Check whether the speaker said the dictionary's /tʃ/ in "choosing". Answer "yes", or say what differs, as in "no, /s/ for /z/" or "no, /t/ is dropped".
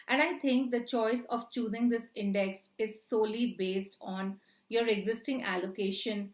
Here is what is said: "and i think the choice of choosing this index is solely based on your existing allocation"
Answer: yes